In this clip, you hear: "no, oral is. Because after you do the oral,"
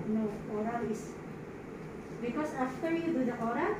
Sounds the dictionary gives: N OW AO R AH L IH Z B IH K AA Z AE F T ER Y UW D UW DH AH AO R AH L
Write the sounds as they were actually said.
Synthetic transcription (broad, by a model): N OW AO R AH L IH S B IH K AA S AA F T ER Y UW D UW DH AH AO R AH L